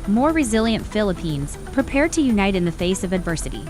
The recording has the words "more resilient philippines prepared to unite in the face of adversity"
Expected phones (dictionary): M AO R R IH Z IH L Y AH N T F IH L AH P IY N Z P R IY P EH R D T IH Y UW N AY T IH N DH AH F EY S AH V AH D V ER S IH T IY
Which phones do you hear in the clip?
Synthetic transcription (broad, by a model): M AO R R IH Z IH L Y AH N T F IH L AH P IY N Z P R IY P EH R D T IH Y UW N AY T IH N DH AH F EY S AH V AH D V ER S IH T IY